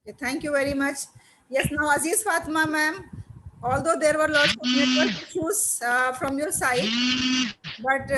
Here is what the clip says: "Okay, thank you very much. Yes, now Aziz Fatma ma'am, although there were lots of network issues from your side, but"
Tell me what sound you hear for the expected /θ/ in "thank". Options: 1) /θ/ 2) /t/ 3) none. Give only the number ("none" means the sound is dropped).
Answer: 2